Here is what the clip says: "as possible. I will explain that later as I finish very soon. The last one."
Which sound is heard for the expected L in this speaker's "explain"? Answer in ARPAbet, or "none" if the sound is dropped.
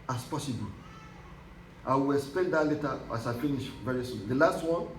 none